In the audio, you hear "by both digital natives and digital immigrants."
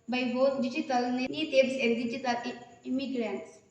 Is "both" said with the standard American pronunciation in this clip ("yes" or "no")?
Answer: no